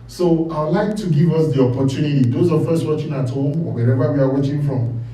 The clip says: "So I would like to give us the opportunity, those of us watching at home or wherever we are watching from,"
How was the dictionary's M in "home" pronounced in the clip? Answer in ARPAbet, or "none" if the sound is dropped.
none